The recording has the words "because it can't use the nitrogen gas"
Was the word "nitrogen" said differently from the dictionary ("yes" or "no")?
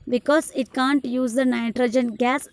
no